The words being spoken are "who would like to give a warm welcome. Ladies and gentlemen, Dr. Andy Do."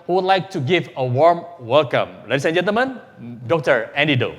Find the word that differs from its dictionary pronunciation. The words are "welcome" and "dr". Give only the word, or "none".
none